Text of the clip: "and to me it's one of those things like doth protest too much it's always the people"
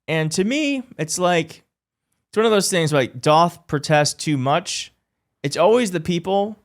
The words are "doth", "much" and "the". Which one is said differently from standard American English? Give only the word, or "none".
none